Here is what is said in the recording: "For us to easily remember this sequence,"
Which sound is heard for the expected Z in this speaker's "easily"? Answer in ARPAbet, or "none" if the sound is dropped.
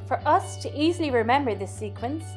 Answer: Z